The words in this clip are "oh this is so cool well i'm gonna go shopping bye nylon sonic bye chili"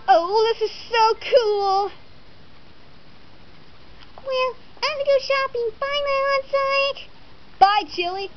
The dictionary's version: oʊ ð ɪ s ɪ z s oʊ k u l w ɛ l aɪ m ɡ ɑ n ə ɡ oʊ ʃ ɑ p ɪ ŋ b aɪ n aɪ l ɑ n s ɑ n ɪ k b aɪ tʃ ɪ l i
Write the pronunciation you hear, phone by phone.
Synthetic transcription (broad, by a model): oʊ ð ɪ s ɪ z s oʊ k u l w ɛ l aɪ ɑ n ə ɡ oʊ ʃ ɑ p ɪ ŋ b aɪ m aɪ ɑ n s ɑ ɪ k b aɪ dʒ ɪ l i